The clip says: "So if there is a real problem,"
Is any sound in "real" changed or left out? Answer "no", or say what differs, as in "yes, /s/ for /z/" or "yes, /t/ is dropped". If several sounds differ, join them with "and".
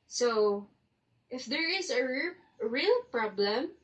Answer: no